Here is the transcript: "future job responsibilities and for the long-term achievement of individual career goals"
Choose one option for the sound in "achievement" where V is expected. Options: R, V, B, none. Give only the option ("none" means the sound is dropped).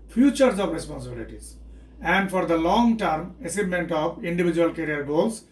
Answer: none